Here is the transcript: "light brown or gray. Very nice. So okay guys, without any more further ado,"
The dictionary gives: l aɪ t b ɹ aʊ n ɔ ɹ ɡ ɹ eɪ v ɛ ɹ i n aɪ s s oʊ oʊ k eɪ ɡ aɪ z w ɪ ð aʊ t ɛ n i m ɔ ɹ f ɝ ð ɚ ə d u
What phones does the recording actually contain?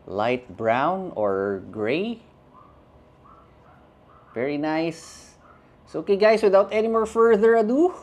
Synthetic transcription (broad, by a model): l aɪ t b ɹ aʊ n ɔ ɹ ɡ ɹ eɪ v ɛ ɹ i n aɪ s s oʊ oʊ k eɪ ɡ aɪ s w ɪ ð aʊ t ɛ n i m ɔ ɹ f ɝ ð ɚ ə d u